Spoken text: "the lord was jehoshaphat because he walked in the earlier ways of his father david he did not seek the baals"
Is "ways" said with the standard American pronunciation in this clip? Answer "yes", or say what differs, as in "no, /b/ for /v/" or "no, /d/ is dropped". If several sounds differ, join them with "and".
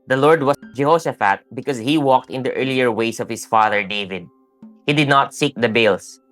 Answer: no, /s/ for /z/